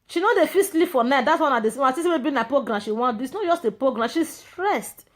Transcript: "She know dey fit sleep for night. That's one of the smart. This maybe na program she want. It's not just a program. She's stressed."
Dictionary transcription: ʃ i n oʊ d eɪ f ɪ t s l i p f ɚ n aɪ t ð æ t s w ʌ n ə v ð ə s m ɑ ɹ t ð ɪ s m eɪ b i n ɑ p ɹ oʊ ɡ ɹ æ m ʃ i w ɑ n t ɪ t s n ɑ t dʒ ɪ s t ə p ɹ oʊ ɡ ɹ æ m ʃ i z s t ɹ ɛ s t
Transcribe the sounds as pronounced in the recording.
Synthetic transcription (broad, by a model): ʃ i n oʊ d eɪ f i s l i p f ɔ n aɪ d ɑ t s w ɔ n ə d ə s ɑ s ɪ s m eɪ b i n ɑ p ɹ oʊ ɡ ɹ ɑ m ʃ i w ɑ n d ɪ t s n ɑ t dʒ ɪ s t ə p ɹ oʊ ɡ ɹ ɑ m ʃ i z s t ɹ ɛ s t